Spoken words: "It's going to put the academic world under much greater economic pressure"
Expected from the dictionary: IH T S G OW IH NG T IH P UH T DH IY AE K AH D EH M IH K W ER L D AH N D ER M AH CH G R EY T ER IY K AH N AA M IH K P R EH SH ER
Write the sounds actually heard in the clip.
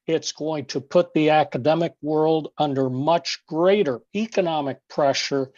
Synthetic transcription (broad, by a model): IH T S G OW IH NG T IH P UH T DH IY AE K AH D EH M IH K W ER L D AH N D ER M AH CH G R EY T ER IY K AH N AA M IH K P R EH SH ER